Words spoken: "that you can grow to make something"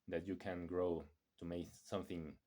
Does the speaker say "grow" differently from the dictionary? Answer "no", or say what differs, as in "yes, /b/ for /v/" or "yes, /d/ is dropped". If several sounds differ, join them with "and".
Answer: no